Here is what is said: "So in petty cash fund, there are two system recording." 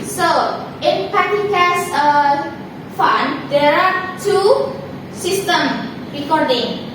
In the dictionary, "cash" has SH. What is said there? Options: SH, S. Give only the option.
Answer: S